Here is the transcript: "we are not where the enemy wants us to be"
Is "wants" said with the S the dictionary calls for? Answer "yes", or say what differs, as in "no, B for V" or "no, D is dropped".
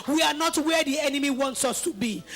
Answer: yes